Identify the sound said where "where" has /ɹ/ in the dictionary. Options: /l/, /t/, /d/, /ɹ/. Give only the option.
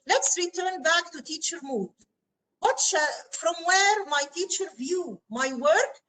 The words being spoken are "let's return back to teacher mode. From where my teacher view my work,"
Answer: /ɹ/